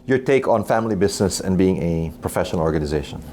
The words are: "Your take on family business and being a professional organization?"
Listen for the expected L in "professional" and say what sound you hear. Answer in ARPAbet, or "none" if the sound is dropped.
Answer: L